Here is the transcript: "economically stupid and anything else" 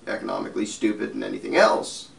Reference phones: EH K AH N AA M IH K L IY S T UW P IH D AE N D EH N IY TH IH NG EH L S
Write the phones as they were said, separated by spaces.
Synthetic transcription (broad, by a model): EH K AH N AA M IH K L IY S T UW P IH D N EH N IY TH IH NG EH L S